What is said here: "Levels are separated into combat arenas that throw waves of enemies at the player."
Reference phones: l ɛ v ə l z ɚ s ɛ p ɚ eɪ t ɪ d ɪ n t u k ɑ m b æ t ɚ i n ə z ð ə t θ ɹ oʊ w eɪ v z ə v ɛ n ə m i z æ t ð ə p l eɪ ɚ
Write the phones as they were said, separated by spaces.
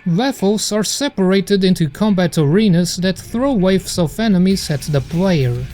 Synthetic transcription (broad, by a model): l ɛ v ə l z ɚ s ɛ p ɚ eɪ t ɪ d ɪ n t u k ɑ m b æ t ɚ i n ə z ð ə t θ ɹ oʊ w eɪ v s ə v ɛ n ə m i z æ t ð ə p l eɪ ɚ